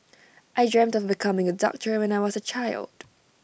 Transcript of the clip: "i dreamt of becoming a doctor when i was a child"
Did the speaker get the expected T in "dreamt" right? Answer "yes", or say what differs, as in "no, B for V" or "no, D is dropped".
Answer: yes